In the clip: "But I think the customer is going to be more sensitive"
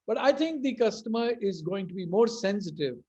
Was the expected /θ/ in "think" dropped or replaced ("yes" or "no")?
yes